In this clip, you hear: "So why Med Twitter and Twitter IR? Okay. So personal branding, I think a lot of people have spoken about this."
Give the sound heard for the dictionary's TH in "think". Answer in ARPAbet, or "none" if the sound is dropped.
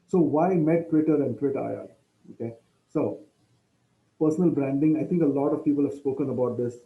T